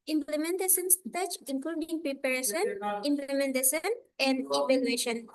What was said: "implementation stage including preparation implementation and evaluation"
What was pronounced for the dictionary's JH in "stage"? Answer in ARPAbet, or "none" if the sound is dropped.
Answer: CH